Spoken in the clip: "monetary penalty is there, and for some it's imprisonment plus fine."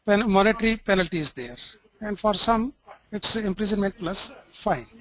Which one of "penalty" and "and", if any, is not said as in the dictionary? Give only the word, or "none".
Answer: none